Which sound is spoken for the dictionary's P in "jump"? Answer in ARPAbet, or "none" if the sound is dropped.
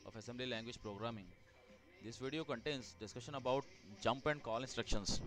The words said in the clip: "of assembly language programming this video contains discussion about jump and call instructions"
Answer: P